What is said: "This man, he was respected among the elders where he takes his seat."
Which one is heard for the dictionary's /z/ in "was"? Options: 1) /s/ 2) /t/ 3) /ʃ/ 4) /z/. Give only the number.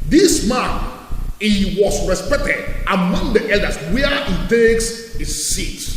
1